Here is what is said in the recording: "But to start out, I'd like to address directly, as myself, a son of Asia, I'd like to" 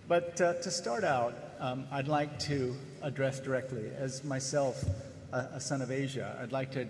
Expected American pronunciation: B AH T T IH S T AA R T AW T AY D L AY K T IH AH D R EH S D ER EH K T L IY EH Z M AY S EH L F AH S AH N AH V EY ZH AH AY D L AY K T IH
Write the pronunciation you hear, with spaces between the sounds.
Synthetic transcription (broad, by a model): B AH T T IH S T AA R T AW T AY D L AY K T IH AH D R EH S D ER EH K T L IY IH Z M AY S EH L F AH S AH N AH V EY ZH AH AY D L AY K T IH